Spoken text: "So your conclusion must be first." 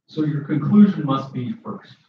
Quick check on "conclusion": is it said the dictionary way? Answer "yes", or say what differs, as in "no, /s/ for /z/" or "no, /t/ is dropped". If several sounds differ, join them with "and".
yes